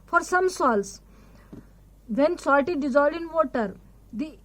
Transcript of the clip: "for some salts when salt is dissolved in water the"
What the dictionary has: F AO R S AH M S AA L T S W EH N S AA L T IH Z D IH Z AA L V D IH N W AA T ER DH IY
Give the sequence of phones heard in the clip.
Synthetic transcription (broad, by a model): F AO R S AH M S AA L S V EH N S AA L T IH D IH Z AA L D IH N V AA T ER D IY